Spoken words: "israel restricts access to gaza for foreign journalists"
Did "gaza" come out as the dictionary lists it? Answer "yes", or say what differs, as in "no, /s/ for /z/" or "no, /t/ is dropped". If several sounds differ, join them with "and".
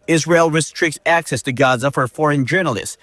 yes